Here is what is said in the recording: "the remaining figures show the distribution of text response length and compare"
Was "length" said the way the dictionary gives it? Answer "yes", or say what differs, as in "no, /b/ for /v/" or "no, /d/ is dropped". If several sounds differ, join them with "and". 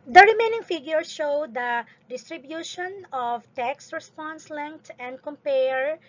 no, /t/ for /θ/